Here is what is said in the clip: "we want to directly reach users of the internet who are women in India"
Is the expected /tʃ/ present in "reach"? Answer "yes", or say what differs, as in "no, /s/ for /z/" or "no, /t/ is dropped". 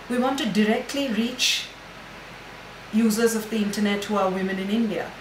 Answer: yes